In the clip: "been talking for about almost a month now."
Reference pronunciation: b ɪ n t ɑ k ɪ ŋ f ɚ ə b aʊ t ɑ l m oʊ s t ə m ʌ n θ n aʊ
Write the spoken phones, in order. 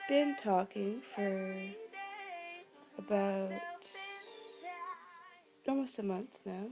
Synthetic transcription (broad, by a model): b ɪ n t ɑ k ɪ ŋ f ɚ ə b aʊ t ɑ l m oʊ s t ə m ʌ n θ n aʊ